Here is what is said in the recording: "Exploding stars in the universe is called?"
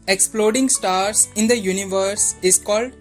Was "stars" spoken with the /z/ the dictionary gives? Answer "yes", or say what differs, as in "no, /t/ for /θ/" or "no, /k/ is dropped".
no, /s/ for /z/